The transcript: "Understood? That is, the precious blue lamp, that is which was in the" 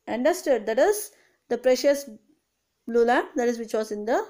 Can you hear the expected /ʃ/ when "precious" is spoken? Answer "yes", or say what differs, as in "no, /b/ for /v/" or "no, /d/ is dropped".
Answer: yes